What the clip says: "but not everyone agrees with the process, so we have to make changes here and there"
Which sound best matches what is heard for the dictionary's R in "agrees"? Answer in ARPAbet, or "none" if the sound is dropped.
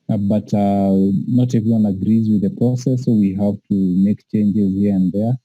R